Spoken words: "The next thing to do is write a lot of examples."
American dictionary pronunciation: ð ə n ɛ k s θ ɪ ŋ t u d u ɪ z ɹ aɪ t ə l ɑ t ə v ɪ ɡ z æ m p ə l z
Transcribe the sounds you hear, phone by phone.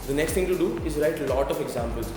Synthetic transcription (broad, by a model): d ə n ɛ k s t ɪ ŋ t u d u ɪ z ɹ aɪ t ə l ɑ t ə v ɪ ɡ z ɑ m p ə l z